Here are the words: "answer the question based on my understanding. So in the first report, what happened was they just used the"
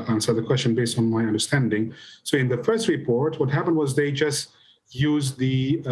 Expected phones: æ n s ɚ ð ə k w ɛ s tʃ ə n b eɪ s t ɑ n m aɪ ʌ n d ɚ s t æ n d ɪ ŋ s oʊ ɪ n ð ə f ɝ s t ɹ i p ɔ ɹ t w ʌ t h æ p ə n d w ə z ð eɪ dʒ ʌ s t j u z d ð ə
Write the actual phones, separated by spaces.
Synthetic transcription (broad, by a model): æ n s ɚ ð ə k w ɛ s tʃ ə n b eɪ s t n m aɪ ʌ n d ɚ s t æ n d ɪ ŋ s oʊ ɪ n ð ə f ɝ s t ɹ i p ɔ ɹ t w ʌ t h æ p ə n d w ə z ð eɪ dʒ ʌ s t j u z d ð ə